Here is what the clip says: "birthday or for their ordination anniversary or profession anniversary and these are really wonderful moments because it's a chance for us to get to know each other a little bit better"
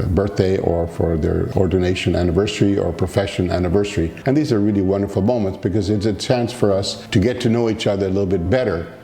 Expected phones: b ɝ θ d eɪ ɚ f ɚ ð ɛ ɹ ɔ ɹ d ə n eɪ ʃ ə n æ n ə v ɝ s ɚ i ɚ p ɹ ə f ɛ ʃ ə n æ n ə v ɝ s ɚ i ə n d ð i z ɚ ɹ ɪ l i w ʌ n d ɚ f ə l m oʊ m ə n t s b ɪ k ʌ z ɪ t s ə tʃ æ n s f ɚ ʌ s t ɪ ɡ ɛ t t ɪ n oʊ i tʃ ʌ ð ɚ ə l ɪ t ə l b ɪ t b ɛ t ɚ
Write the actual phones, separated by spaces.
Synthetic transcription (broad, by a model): b ɝ θ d eɪ ɚ f ɚ ð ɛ ɹ ɔ ɹ d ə n eɪ ʃ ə n æ n ə v ɝ s ɚ i ɚ p ɹ ə f ɛ ʃ ə n æ n ə v ɝ s ɚ i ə n ð i z ɚ ɹ ɪ l i w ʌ n d ɚ f l m oʊ m ə n t s b ɪ k ʌ z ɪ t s ə tʃ æ n s f ɚ ʌ s t ɪ ɡ ɛ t t ɪ n oʊ i tʃ ʌ ð ɚ ə l ɪ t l b ɪ t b ɛ t ɚ